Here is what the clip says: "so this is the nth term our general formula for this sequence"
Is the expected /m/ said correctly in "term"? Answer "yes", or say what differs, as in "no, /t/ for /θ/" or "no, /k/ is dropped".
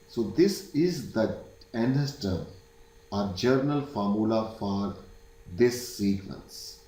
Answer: no, /m/ is dropped